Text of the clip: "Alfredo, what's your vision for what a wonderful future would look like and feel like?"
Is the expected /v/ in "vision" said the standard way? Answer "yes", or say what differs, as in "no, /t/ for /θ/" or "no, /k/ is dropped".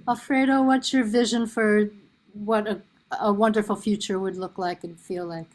yes